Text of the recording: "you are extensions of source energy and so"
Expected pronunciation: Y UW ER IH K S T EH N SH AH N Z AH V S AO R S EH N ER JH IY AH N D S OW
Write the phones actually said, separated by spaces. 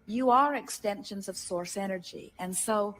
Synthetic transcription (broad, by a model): Y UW ER IH K S T EH N SH AH N Z AH V S AO R S EH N ER JH IY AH N S OW